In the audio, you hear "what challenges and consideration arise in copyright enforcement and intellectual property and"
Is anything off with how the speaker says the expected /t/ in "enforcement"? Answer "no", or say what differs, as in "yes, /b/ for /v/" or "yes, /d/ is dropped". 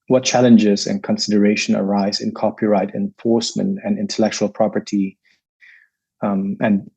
no